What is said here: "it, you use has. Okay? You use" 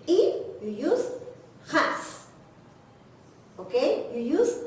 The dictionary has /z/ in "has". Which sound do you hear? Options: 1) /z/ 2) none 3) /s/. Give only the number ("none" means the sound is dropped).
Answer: 3